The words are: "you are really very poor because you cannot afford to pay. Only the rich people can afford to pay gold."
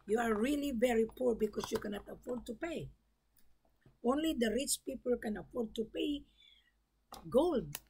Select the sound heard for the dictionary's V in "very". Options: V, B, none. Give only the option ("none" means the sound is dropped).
V